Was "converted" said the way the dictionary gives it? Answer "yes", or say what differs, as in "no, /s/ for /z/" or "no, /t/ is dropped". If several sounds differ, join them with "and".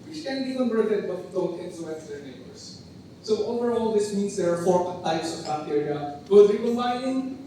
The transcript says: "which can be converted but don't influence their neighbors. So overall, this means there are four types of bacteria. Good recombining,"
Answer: no, /b/ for /v/